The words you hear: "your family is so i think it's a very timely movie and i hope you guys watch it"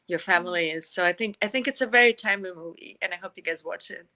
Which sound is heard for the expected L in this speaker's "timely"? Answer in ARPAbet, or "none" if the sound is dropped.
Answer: none